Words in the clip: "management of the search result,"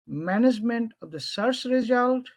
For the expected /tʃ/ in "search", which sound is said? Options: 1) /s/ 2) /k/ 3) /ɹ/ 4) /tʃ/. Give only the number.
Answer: 1